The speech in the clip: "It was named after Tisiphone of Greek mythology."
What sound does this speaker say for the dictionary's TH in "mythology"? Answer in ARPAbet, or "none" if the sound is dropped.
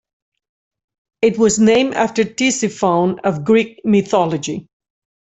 TH